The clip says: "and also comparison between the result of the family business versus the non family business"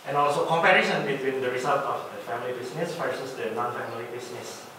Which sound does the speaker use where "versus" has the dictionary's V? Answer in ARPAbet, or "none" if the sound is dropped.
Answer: F